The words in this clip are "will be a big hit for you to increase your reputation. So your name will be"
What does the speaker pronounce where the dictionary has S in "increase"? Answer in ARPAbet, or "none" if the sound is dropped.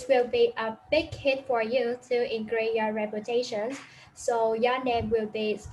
none